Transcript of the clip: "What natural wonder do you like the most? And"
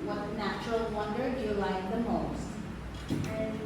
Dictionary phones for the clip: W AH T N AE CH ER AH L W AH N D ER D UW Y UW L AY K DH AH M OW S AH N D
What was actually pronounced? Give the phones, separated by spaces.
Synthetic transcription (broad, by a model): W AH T N AE CH ER AH L W AH N D ER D Y UW L AY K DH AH M OW AH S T